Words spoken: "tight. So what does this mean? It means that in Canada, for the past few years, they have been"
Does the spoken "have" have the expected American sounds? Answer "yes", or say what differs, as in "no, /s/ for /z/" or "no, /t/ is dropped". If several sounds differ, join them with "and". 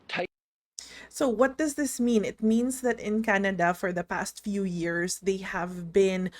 yes